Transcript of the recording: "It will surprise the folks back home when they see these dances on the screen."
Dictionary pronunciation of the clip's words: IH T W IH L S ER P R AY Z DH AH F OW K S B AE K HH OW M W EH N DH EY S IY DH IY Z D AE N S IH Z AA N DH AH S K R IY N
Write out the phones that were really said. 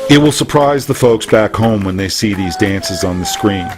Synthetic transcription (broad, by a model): IH T W IH L S ER P R AY Z DH AH F OW K S B AE K HH OW M W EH N DH EY S IY DH IY Z D AE N S IH Z N DH AH S K R IY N